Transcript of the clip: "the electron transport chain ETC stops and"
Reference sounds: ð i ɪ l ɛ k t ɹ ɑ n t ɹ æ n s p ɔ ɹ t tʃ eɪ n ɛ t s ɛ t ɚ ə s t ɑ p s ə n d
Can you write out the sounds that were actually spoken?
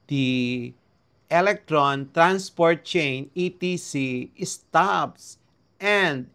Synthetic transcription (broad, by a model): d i ɪ l ɛ k t ɹ ɑ n t ɹ æ n s p ɔ ɹ t tʃ eɪ n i t i s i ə s t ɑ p s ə n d